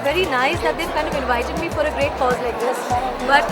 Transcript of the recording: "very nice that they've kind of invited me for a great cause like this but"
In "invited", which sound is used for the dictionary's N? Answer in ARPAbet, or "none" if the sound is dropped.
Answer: L